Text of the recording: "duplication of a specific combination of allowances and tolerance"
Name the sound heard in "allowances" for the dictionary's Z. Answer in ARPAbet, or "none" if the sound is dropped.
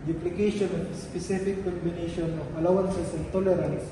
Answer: S